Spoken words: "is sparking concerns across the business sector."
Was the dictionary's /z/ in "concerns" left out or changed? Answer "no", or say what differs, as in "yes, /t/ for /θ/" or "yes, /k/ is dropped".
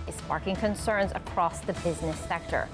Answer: no